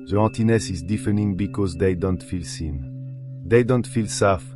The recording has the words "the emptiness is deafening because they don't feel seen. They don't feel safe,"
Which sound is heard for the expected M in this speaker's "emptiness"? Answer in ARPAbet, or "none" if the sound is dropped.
none